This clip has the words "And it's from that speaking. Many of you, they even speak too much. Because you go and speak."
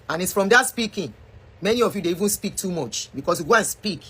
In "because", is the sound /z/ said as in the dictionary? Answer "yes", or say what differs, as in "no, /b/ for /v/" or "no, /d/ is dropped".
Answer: no, /s/ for /z/